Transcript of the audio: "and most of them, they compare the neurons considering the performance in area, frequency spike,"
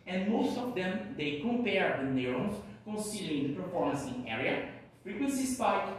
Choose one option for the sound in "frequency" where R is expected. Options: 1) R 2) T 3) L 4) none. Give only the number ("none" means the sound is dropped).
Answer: 1